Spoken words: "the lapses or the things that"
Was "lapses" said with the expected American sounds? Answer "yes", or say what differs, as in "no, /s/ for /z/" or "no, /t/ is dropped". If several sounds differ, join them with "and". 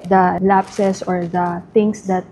no, /s/ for /z/